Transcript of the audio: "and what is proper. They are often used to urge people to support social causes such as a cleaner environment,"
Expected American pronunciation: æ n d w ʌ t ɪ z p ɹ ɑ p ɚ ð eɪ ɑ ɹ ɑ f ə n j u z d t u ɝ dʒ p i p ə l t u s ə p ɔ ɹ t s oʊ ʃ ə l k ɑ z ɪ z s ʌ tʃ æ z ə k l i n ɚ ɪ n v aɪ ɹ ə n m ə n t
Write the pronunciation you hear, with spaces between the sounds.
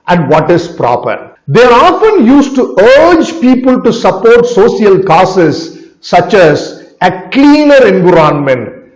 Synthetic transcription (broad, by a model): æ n d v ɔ t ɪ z p ɹ ɑ p ɚ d eɪ ɑ ɹ ɑ f ə n j u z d t u ɝ dʒ p i p ə l t u s ə p ɔ ɹ t s oʊ s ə l k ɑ s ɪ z s ʌ tʃ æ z ə k l i n ɚ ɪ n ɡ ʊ ɹ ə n m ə n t